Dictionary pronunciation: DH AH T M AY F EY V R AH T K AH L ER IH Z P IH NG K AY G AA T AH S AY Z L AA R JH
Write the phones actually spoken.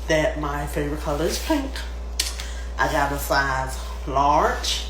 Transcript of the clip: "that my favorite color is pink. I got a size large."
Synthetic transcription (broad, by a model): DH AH T M AY F EY V R AH T K AH L ER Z P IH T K AY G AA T AH S AY Z L AA R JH